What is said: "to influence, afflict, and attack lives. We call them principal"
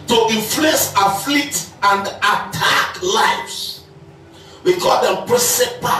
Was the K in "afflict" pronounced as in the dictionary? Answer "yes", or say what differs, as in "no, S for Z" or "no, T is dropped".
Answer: no, K is dropped